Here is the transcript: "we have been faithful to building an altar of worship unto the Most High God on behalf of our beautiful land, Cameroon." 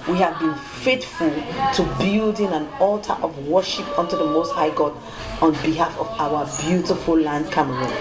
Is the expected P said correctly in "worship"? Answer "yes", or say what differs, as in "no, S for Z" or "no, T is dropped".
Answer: yes